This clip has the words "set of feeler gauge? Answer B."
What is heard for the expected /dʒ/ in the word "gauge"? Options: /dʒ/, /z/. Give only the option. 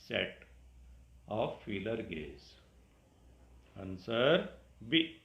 /z/